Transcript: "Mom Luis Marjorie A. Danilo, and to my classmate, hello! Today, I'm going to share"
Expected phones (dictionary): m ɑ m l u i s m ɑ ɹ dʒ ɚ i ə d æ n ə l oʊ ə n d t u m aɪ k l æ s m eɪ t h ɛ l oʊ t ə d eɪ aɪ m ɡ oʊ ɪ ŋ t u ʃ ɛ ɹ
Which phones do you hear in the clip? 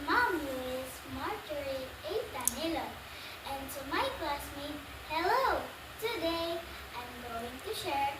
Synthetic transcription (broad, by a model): m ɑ m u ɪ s m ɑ ɹ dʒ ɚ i ə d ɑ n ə l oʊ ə n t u m aɪ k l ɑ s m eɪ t h ɛ l oʊ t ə d eɪ aɪ m ɡ oʊ ɪ ŋ t u ʃ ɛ ɹ